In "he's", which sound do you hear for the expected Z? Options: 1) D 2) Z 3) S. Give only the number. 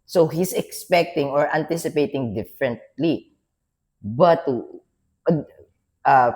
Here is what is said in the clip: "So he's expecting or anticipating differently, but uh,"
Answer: 3